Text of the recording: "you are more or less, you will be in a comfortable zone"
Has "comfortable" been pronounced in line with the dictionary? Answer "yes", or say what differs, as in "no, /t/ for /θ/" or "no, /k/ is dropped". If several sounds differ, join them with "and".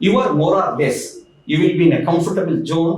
yes